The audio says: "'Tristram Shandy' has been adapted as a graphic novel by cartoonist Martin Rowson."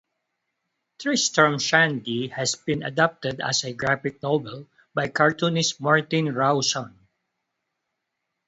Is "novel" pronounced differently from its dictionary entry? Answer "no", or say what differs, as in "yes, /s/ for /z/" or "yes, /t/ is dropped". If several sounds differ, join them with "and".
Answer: yes, /b/ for /v/